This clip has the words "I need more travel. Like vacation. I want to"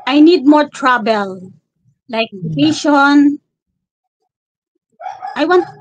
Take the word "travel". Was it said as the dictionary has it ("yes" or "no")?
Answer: no